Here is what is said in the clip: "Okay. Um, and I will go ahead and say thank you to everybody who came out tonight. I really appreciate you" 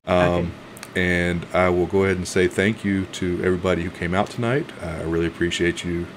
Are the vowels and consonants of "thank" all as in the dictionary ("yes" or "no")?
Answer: yes